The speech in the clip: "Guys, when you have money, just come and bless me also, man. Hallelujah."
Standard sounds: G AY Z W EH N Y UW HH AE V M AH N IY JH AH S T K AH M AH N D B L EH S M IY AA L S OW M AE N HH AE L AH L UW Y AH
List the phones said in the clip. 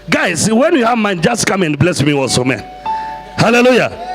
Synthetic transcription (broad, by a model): G AY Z W EH N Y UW HH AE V M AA N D JH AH S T K AH M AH N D B L EH S M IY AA S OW M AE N HH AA L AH L UW Y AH